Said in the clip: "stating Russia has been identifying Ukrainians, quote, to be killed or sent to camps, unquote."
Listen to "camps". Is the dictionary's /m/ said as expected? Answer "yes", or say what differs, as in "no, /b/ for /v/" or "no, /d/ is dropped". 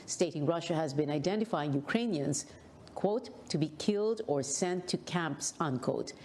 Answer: yes